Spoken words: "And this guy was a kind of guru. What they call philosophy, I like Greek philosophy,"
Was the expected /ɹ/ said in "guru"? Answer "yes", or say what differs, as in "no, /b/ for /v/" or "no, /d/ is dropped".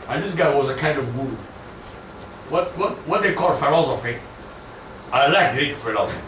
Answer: no, /w/ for /ɹ/